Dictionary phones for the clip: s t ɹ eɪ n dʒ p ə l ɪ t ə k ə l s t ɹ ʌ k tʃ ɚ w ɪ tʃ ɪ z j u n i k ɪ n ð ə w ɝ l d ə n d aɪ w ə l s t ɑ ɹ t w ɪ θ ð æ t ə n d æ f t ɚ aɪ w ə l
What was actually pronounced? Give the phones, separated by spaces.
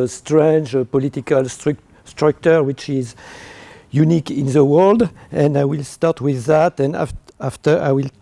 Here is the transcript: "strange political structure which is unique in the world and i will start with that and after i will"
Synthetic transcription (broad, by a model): s t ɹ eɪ n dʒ p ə l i t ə k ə l s t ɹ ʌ k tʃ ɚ w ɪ tʃ ɪ z j u n i k ɪ n ð ə w ɝ l d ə n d aɪ w ə l s t ɑ ɹ t w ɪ ð æ t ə n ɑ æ f t ɚ aɪ w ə l